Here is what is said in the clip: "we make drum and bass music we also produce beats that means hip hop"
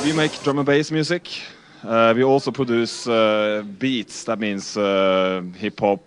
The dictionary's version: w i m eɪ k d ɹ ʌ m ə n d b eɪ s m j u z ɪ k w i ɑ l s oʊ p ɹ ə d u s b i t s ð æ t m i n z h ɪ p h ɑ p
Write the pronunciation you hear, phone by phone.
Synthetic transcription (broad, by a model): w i m eɪ k d ɹ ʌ m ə b eɪ s m j u s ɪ k w i ɑ l s oʊ p ɹ ə d u s b i t s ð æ t m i n s h ɪ p h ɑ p